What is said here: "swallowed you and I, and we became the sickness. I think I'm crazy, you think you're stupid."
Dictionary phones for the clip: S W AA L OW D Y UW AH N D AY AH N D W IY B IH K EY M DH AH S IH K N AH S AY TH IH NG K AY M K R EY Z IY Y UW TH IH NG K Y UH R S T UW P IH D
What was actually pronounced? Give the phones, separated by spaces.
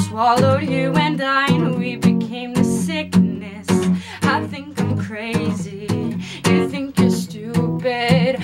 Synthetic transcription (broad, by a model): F AA L OW Y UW AH N D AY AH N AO W IY B IH K EY M DH AH S IH K N AH S AY TH IH NG K AY M K R EY Z IY Y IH TH IH NG K Y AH R S T UW P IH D